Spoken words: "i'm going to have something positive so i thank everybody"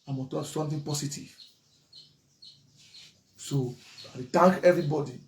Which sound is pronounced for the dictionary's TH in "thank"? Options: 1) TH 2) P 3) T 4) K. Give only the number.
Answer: 3